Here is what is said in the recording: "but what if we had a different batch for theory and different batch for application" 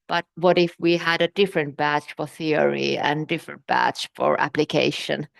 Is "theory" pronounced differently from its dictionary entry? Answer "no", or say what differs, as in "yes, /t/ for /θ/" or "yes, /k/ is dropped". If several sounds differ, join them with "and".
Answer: no